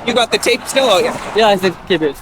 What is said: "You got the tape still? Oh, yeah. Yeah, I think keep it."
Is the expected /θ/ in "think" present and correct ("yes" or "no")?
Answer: no